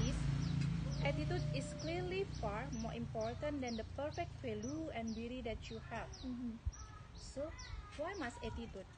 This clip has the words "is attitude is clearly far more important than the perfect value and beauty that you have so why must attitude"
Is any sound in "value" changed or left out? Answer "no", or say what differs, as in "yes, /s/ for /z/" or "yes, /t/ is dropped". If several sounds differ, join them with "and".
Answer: yes, /f/ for /v/